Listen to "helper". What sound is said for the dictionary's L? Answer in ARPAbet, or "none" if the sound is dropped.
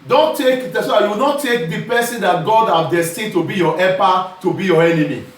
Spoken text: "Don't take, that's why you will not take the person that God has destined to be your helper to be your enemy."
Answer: none